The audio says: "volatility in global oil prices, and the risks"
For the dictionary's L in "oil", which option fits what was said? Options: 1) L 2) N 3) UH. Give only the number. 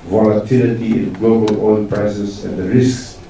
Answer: 2